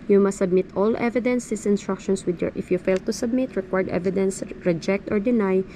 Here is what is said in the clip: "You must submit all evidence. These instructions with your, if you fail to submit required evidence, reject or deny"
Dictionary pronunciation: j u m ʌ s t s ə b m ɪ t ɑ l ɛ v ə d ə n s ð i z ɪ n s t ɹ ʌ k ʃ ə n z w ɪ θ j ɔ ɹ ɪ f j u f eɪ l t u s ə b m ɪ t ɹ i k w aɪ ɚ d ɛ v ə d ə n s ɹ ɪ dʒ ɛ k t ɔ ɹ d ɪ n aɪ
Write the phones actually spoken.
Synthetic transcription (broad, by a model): j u m ʌ s t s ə b m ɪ t ɑ l ɛ v ə d ə n s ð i s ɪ n s t ɹ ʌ k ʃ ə n s w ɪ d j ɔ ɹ ɪ f j u f eɪ l t u s ə b m ɪ t ɹ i k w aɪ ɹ d ɛ v ə d ə n s ɹ ɪ dʒ ɛ k t ɔ ɹ d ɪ n aɪ